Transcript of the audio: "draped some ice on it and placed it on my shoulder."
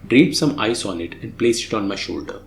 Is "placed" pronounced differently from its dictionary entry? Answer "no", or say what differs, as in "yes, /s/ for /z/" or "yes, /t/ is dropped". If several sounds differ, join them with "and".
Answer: yes, /t/ is dropped